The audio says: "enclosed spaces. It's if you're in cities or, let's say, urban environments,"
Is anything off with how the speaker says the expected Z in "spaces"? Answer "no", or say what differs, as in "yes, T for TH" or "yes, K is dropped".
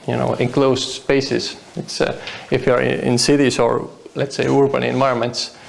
yes, S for Z